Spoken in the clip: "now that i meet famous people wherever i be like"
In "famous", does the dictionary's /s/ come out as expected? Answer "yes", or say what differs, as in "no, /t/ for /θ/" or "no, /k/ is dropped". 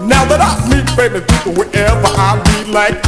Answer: no, /s/ is dropped